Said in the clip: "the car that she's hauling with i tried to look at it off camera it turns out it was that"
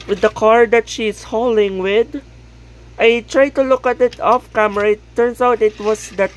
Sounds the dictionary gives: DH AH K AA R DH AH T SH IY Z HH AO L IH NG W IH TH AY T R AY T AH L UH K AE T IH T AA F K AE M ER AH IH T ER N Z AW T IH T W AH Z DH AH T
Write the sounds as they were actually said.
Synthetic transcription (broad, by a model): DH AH K AA R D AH T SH IY S HH AO L IH NG W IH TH AY T R AY T AH L UH K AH T IH T AA F K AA M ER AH IH T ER N S AW T IH T W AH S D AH T